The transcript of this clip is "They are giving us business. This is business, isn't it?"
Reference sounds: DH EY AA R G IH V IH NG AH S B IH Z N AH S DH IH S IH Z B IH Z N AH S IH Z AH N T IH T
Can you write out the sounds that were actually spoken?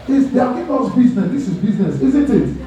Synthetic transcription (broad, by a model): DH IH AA L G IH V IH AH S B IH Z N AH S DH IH S IH Z B IH Z N AH S IH Z AH N T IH T